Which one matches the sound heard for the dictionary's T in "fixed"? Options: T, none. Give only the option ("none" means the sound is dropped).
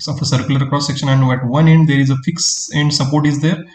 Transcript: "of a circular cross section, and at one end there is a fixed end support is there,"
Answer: none